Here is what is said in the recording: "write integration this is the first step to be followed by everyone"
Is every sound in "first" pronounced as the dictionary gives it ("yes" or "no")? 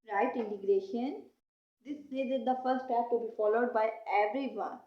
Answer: no